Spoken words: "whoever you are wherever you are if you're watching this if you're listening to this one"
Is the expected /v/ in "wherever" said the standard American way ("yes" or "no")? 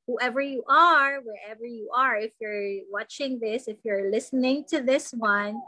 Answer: yes